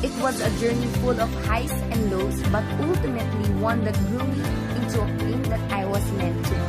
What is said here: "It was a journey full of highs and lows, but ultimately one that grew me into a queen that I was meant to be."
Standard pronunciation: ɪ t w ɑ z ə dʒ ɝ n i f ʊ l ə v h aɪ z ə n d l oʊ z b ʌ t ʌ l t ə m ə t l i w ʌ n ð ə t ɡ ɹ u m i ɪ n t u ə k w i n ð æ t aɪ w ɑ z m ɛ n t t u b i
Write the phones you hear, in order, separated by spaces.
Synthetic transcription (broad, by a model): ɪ t w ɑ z ə dʒ ɝ n i f ʊ l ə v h aɪ s ə n d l oʊ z b ʌ t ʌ l t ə m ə t l i w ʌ n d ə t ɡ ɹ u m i ɪ n t u ə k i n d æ t aɪ w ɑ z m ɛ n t t u